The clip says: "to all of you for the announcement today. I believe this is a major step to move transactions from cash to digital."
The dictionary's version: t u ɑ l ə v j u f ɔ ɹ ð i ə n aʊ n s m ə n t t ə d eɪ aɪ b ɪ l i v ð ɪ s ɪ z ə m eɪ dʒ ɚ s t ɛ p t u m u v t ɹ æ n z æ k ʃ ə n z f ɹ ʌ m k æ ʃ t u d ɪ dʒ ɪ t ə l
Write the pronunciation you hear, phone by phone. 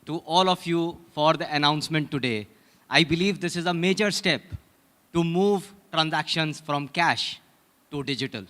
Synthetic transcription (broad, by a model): t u ɑ l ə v j u f ɔ ɹ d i ə n aʊ n s m ə n t t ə d eɪ aɪ b ɪ l i v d ɪ s ɪ z ə m eɪ dʒ ɚ s t ɛ p t u m u v t ɹ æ n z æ k ʃ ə n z f ɹ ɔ m k æ ʃ t u d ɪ dʒ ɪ t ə l